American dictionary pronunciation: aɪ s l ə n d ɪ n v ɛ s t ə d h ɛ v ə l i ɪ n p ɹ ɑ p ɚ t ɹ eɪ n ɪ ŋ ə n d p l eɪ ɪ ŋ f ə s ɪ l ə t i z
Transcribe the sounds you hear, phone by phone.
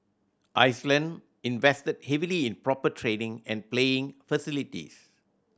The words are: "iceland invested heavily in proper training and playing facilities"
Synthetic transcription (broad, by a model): aɪ s l ə n d ɪ n v ɛ s t ə d h ɛ v ə l i ɪ n p ɹ ɑ p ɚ t ɹ eɪ n ɪ ŋ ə n p l eɪ ɪ ŋ f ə s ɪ l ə t i s